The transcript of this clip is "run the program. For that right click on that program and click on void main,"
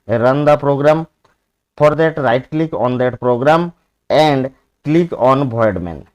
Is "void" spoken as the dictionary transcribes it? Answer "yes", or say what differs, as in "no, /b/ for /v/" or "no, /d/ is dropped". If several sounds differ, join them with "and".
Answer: no, /b/ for /v/